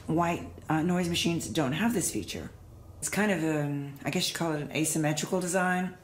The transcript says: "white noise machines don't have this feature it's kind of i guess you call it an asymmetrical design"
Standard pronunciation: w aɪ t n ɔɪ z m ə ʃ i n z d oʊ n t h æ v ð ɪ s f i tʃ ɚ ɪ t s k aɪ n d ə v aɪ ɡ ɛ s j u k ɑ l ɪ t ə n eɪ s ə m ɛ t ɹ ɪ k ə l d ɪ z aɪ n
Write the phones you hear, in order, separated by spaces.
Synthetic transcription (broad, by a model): w aɪ t n ɔɪ z m ə ʃ i n z d oʊ n t h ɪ v ð ɪ s f i tʃ ɚ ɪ t s k aɪ n d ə v aɪ ɡ ɛ s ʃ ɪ k ɑ l ɪ t ə n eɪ s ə m ɛ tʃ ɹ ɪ k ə l d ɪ z aɪ n